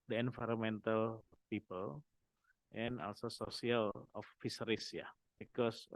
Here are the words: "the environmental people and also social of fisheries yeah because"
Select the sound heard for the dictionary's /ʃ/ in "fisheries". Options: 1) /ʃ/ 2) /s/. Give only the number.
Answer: 2